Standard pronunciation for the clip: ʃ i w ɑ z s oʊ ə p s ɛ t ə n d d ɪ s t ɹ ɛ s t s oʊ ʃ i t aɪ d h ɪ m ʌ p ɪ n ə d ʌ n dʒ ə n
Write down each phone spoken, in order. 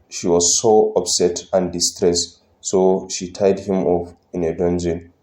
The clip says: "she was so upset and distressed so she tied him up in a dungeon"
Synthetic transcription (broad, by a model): ʃ i w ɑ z s oʊ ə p s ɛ t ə n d d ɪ s t ɹ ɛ s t s oʊ ʃ i t aɪ d h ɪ m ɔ f ɪ n ə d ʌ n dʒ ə n